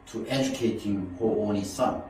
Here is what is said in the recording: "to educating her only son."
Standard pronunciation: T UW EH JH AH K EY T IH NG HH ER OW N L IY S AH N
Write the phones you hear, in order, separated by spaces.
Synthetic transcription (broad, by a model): T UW EH JH AH K EY T IH NG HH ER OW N IY S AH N